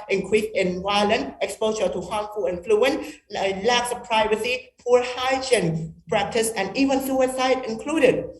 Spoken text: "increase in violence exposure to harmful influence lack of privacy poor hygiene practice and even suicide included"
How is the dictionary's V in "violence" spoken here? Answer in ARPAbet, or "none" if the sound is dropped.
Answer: W